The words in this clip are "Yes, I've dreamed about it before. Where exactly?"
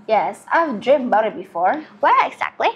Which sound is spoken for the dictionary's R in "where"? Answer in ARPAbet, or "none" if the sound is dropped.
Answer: L